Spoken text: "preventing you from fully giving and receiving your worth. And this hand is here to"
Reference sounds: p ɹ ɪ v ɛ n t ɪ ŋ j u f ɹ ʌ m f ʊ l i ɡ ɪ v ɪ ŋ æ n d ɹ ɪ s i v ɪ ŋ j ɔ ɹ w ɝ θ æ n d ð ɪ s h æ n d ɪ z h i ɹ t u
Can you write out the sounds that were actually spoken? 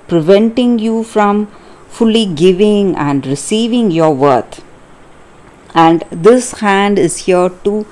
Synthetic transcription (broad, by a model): p ɹ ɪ v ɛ n t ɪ ŋ j u f ɹ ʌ m f ʊ l i ɡ ɪ v ɪ ŋ æ n d ɹ ɪ s i v ɪ ŋ j ɔ ɹ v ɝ t æ n d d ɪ s h æ n d ɪ z h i ɹ t u